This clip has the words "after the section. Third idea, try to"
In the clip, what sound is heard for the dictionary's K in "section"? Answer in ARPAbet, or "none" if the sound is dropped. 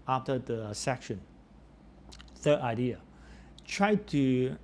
K